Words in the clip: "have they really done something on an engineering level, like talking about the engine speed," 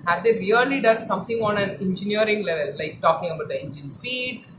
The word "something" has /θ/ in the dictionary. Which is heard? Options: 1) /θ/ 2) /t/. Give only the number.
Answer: 2